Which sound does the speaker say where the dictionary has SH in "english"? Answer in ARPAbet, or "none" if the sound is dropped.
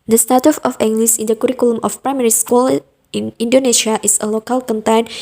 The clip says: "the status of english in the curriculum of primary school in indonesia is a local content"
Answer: S